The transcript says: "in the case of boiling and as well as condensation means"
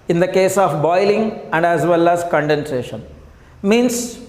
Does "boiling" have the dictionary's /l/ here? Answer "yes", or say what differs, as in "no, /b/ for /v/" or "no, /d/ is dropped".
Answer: yes